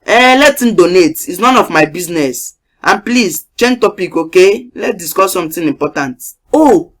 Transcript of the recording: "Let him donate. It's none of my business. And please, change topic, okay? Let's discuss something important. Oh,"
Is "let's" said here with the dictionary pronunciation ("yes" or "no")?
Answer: no